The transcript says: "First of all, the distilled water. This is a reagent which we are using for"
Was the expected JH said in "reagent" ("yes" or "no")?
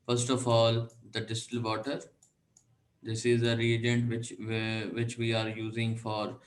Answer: yes